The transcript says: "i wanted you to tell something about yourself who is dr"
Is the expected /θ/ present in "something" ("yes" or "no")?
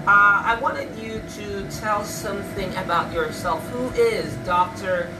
yes